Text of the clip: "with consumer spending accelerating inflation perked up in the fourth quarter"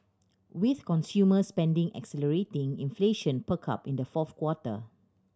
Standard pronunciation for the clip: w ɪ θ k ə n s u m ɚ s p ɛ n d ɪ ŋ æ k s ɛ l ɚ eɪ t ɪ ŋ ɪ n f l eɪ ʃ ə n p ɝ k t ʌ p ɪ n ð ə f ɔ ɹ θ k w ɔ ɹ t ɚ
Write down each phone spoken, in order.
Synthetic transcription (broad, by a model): w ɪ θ k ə n s u m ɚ s p ɛ n d ɪ ŋ æ k s ɛ l ɚ eɪ t ɪ ŋ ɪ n f l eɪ ʃ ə n p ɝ k ɑ p ɪ n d ə f ɔ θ k w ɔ t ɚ